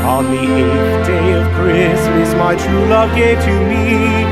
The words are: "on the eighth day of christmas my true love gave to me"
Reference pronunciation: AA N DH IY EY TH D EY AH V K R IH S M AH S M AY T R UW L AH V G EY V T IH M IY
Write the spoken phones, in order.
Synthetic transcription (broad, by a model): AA N DH IY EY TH D EY AH V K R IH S AH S M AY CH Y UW L AH V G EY T IH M IY